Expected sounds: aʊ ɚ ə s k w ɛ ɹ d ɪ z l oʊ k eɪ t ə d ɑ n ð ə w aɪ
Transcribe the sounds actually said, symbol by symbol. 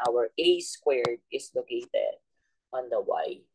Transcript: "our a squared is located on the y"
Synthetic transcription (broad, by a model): aʊ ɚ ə s k w ɛ ɹ d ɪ s l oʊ k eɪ t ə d ɑ n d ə w aɪ